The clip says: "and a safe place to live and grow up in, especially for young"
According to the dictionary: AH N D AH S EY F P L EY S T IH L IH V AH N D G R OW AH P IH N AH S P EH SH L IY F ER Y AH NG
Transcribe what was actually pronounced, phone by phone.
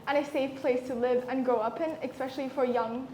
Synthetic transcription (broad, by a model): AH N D AH S EY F P L EY S T IH L IH V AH N G OW AH P IH N AH S P EH SH L IY F ER Y AH NG